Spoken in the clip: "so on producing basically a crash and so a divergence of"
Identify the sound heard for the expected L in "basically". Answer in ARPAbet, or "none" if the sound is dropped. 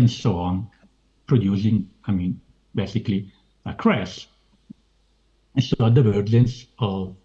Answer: L